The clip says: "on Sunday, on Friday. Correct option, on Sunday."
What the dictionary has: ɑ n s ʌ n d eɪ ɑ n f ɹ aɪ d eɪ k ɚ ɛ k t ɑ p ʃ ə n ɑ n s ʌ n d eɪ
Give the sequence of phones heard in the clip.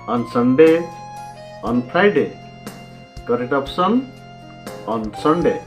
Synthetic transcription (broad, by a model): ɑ n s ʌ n d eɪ ɑ n p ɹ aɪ d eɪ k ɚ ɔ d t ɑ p s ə n ɑ n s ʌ n d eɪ